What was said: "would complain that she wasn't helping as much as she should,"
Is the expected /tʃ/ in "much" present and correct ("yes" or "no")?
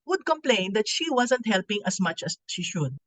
yes